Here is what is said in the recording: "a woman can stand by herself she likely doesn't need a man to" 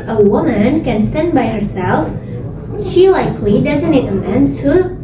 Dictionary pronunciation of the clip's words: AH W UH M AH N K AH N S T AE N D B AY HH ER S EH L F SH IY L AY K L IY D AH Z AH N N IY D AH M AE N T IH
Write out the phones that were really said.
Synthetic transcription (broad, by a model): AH W UH M AH N K AH N S T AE N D B AY HH ER S EH L F SH IY L AY K L IY D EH Z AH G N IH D AH M AE N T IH